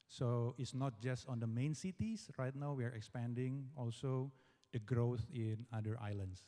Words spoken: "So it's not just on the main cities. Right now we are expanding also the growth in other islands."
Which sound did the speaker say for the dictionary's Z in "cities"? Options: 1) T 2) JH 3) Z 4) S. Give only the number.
4